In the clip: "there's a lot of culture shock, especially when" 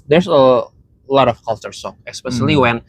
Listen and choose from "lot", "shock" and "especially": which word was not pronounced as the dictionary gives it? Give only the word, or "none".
shock